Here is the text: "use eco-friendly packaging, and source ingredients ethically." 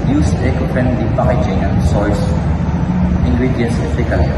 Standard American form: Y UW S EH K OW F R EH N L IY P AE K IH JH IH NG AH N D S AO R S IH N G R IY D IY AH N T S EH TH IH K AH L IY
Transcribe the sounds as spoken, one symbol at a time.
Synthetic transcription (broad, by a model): Y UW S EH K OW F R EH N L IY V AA IH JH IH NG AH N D S AO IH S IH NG G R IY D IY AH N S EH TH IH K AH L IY